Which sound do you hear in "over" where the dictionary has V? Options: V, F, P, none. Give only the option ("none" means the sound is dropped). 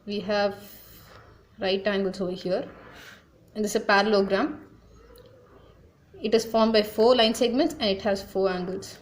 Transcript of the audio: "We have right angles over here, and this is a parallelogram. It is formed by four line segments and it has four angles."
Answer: V